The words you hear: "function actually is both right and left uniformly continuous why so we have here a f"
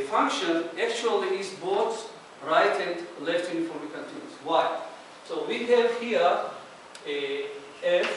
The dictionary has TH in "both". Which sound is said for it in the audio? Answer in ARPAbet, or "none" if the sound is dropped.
S